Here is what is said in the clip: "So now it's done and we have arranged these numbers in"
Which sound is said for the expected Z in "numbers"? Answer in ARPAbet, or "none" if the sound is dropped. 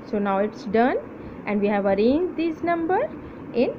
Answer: none